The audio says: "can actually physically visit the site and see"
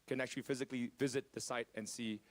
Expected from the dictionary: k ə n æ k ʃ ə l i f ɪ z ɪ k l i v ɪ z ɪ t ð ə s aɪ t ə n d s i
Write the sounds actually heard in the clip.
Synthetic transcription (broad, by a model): k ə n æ k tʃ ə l i f ɪ z ɪ k l i v ɪ z ɪ t ð ə s aɪ t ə n s i